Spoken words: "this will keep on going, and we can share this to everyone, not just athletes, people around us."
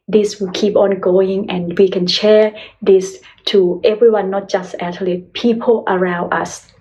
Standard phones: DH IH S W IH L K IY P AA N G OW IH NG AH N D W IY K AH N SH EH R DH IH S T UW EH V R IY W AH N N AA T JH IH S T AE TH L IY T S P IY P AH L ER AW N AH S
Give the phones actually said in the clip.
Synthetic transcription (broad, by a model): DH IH S W IH L K IY P AA N G OW IH NG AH N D W IY K AH N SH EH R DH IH S T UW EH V R IY W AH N N AA T JH IH S T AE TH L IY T P IY P AH L ER AW N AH S